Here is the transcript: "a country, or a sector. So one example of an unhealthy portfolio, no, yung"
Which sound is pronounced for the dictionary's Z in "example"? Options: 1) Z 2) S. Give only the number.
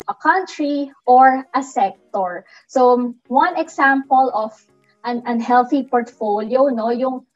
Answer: 2